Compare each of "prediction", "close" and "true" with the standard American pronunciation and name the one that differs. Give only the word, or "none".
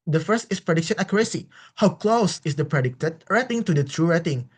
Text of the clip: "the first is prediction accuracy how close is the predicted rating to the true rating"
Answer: none